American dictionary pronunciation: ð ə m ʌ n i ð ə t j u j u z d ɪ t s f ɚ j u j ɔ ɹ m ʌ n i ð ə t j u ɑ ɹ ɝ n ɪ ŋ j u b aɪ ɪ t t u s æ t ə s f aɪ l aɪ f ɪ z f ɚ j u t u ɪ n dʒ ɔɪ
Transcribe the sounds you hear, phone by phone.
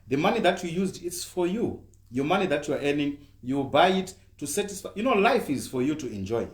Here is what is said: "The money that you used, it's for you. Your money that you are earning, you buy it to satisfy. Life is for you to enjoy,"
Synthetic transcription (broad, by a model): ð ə m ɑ n i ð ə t j u j u z d ɪ t s f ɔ j u j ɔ m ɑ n i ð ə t j u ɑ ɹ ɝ n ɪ ŋ j u b aɪ ɪ t t u s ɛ t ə s f aɪ l aɪ f ɪ z f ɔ j u t u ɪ n dʒ ɔɪ